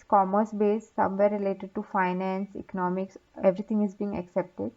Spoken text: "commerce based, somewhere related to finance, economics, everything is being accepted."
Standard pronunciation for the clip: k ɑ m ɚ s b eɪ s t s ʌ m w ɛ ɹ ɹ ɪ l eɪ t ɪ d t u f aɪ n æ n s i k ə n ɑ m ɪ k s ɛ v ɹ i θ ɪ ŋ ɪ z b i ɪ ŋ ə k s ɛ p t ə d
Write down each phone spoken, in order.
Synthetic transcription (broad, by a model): k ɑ m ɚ s b eɪ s s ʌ m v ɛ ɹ ɹ ɪ l eɪ t ɪ d t u f aɪ n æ n s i k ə n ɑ m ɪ k s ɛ v ɹ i t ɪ ŋ ɪ z b i ŋ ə k s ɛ p t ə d